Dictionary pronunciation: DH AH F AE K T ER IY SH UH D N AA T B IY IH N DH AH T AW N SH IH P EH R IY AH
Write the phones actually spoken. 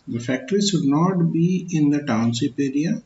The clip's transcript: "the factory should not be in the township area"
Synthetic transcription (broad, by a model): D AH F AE K T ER IY SH UH D N AA T B IY IH N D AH T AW N S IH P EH R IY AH